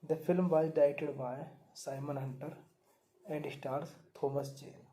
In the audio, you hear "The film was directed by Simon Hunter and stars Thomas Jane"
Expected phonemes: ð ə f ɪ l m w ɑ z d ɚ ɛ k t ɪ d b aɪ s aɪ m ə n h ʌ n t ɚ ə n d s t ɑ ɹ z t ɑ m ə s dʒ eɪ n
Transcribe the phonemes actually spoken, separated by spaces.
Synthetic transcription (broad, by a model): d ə f ɪ l m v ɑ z d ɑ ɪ t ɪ d b aɪ s aɪ m ə n h ʌ n t ɚ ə n d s t ɑ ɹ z t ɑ m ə s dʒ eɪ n